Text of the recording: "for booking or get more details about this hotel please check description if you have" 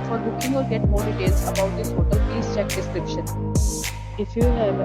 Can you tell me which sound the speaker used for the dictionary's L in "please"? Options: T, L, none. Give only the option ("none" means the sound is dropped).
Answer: none